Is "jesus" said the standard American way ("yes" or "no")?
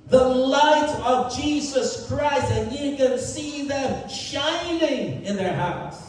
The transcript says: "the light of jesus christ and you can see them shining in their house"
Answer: yes